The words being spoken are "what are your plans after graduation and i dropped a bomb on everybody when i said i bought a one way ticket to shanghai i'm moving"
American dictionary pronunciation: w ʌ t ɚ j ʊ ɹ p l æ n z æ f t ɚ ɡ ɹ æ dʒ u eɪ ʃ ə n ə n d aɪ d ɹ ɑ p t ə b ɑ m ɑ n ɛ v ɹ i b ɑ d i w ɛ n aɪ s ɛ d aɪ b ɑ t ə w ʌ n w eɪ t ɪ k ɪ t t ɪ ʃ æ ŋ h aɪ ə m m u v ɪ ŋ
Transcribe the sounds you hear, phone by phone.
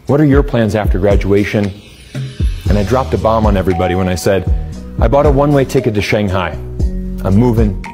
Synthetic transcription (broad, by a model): w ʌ t ɚ j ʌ ɹ p l æ n z æ f t ɚ ɡ ɹ æ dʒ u eɪ ʃ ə n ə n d aɪ d ɹ ɑ p t ə b ɑ m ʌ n ɛ v ɹ i b ɑ d i w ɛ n aɪ s ɛ d aɪ b ɑ t ə w ʌ n w eɪ t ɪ k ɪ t t ɪ ʃ æ ŋ h aɪ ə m m u v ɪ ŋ